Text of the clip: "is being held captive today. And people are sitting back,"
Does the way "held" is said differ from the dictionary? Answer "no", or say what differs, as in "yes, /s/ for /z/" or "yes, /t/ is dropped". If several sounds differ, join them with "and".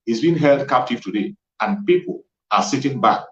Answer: no